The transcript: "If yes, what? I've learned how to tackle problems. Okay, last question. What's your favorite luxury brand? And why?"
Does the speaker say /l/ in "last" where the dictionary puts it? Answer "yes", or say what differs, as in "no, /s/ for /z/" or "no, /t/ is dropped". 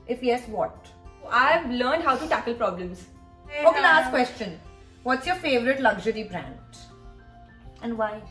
no, /n/ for /l/